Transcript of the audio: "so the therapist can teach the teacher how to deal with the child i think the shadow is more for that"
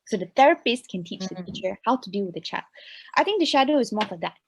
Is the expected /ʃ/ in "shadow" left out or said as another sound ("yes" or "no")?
no